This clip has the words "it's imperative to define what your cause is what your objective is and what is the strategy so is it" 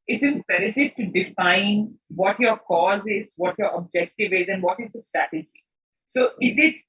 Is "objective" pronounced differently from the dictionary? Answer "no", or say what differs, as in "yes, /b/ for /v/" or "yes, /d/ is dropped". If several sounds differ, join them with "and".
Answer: no